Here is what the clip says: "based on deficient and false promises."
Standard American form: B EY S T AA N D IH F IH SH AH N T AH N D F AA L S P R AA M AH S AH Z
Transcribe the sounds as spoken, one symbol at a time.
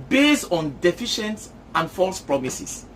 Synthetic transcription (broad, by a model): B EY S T AA N D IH F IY SH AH N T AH N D F AA L S P R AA M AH S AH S